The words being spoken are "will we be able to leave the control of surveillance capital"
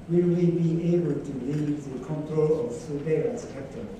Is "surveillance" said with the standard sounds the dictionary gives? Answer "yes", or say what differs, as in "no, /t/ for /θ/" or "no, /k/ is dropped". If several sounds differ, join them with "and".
no, /n/ is dropped